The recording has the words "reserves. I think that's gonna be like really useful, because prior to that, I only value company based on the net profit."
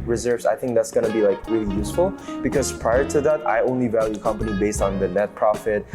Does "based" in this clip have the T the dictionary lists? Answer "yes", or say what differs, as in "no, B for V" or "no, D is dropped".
yes